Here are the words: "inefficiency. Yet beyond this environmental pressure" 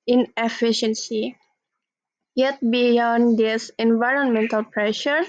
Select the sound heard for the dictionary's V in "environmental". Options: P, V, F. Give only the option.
V